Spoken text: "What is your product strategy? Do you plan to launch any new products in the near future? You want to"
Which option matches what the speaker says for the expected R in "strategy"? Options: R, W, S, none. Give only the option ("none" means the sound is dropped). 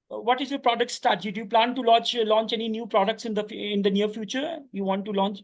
none